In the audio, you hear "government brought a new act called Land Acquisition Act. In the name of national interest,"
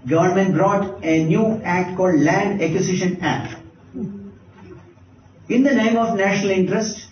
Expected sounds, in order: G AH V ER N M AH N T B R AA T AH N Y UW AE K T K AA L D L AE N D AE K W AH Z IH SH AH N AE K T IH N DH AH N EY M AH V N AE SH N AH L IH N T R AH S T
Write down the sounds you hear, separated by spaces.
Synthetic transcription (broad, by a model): G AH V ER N M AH N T B R AA T AH N Y UW AE K T K AA L D L AE N D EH K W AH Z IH SH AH N AE K T IH N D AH N EY M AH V N AE SH N AH L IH N T R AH S T